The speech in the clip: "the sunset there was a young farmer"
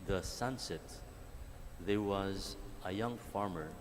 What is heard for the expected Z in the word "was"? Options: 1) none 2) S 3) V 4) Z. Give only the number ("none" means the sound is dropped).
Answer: 4